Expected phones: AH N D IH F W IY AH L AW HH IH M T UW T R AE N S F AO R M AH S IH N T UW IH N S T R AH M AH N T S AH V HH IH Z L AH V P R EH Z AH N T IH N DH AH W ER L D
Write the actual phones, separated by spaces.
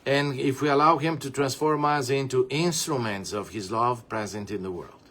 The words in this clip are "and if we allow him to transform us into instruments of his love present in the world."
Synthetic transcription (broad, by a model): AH N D IH F W IY AH L AW HH IH M T UW T R AE N S F AO R M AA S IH N T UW IH N S T R AH M AH N T S AH V HH IH Z L AH V P R EH Z AH N T IH N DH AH W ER L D